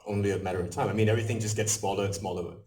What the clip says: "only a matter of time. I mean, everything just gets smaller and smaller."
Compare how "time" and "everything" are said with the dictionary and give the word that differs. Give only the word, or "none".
none